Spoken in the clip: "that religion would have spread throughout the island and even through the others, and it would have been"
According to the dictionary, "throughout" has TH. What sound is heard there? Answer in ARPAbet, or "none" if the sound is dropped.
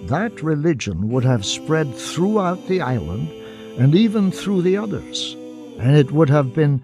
TH